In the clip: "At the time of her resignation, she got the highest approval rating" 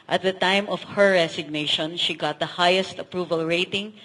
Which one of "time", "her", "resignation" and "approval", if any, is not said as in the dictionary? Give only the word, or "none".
resignation